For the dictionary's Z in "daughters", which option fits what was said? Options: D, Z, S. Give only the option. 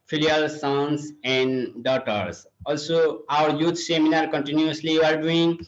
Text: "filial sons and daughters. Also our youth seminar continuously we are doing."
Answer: S